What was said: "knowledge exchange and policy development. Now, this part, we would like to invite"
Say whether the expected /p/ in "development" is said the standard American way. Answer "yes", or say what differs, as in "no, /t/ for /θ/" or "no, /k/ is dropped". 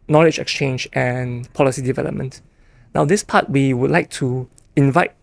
yes